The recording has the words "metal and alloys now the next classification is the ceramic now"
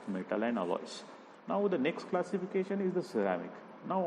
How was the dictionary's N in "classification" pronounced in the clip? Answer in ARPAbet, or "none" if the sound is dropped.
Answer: N